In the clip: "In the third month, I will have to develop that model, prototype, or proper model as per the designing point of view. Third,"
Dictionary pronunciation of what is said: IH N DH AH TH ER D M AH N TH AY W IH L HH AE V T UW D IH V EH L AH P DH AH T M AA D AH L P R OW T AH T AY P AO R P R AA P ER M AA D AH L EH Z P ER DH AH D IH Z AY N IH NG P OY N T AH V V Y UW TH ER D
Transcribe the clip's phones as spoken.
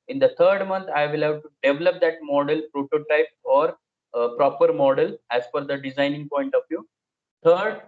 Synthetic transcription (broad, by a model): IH N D AH T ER D M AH N T AY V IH L HH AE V T UW D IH V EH L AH P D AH T M AA D AH L P R OW T AH T AY P AO R P R AA P ER M AA D AH L EH Z F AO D AH D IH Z AY N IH NG P OY N T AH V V Y UW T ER D